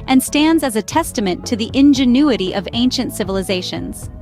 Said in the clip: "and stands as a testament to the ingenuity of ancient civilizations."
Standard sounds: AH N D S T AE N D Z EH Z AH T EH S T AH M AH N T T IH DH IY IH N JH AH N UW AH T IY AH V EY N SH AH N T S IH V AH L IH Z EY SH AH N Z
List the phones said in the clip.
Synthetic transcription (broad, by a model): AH N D S T AE N D Z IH Z AH T EH S T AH M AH N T T IH DH IY IH N JH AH N UW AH T IY AH V EY N SH AH N T S IH V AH L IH Z EY SH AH N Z